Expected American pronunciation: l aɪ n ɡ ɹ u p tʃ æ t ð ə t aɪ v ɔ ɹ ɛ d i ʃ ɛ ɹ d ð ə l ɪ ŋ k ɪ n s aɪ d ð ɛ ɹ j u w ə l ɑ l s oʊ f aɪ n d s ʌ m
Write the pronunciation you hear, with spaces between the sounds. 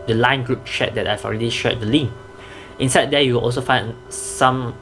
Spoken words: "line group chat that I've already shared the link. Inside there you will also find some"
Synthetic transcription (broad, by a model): l aɪ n ɡ ɹ u p ʃ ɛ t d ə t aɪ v ɔ ɹ ɛ d i ʃ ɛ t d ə l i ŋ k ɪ n s aɪ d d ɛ j u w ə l ɑ l s oʊ f aɪ n s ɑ m